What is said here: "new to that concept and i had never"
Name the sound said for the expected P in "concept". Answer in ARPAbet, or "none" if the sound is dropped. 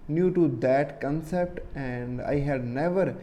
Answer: P